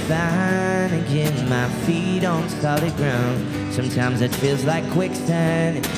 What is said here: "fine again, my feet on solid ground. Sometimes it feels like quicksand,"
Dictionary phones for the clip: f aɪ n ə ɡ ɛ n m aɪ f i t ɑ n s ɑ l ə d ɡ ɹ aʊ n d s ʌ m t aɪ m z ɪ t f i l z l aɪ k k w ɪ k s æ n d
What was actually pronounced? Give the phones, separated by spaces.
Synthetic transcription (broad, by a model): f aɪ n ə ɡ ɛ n m aɪ f i t n s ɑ l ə ɡ ɹ aʊ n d s ʌ m t aɪ m z ɪ t f i l z l aɪ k k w ɪ k s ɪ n